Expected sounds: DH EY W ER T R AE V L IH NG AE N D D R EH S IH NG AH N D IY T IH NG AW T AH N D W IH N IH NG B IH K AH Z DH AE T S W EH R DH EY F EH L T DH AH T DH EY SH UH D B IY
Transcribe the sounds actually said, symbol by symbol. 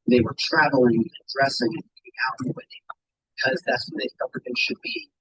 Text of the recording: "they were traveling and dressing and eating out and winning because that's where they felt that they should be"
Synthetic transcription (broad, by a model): DH EY W ER T R AE V L IH NG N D D R EH S IH NG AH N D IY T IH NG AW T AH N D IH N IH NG B IH K AH Z DH AE T S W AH DH EY F EH L T DH AH T DH EY SH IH D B IY